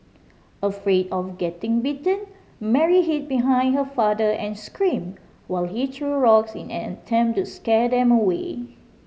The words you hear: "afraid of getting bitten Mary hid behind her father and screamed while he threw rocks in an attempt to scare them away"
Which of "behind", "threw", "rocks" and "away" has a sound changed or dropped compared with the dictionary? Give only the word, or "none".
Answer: threw